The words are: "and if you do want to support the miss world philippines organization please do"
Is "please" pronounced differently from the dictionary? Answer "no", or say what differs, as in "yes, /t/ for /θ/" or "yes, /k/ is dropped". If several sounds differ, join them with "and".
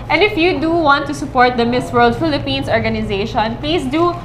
yes, /s/ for /z/